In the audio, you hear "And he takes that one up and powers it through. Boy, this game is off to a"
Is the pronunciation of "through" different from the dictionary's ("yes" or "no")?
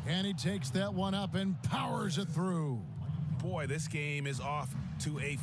no